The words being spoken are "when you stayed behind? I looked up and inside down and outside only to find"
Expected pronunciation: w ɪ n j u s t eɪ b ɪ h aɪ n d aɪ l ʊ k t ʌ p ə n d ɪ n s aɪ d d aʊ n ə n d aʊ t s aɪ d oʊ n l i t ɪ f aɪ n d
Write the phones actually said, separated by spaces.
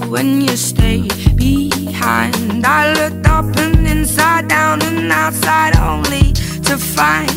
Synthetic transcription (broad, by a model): w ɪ n j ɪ s t eɪ b ɪ h aɪ n d aɪ l ʊ k t ʌ p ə n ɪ n s aɪ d d aʊ n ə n aʊ t s aɪ d oʊ n l i t ɪ f aɪ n